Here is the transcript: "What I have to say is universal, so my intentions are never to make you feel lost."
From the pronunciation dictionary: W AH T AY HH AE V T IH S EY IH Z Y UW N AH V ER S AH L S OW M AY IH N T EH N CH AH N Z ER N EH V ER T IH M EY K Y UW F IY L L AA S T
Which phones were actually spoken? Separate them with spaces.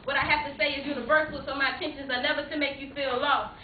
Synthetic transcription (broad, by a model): W AH T AY HH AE F T IH S EY IH Z Y UW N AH V ER S L S OW M AY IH T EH N SH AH N Z ER N EH V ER T IH M EY K Y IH F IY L L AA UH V